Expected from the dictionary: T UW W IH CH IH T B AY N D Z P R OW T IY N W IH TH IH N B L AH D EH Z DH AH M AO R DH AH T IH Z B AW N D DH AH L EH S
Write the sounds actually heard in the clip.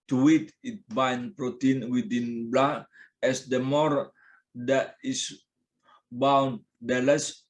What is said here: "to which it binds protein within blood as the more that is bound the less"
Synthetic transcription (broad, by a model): T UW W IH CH IH T B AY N P R OW T IY N W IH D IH N B L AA EH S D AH M AO R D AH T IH S B AW N D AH L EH S